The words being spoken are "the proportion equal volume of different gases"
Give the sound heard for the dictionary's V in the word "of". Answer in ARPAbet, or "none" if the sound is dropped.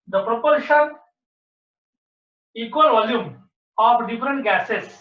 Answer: P